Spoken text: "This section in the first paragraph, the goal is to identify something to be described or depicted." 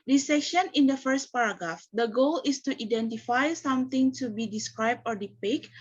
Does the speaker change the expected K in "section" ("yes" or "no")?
no